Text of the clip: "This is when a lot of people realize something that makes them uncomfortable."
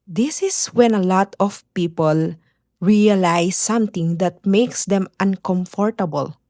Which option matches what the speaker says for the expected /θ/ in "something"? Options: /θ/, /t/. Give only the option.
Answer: /t/